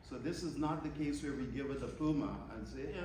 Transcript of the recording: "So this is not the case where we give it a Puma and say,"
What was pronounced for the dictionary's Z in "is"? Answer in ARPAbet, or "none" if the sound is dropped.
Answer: Z